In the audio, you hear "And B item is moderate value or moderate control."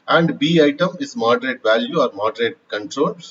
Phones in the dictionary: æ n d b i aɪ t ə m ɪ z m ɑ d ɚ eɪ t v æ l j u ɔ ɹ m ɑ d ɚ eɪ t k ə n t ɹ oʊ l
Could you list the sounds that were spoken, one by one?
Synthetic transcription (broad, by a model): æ n d b i aɪ t ə m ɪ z m ɑ d ɚ eɪ t v æ l j u ɔ ɹ m ɑ d ɚ eɪ t k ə n t ɹ oʊ l